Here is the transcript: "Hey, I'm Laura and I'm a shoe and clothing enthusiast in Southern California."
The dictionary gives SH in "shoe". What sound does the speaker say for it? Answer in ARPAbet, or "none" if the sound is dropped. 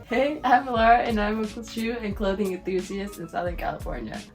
S